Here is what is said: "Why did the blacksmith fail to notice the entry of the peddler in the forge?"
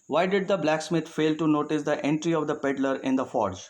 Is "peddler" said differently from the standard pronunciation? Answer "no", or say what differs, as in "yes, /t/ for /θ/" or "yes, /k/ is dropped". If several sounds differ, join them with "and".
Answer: no